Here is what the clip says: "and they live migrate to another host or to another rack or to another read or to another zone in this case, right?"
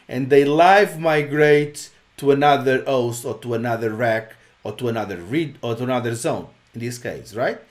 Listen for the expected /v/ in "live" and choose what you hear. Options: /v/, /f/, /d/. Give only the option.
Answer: /v/